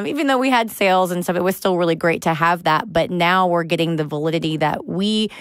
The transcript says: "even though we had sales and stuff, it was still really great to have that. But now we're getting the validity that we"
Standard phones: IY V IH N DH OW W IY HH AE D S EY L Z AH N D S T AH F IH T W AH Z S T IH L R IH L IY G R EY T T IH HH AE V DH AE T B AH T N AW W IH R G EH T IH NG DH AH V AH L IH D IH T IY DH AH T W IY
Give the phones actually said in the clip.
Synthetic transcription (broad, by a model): IY V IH N DH OW W IY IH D S EY L Z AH N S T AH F IH T W AH Z S T IH L R IH L IY G R EY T T IH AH V DH AE T B AH T N AW W IH R G EH T IH NG DH AH V AH L IH D IH T IY DH AH T W IY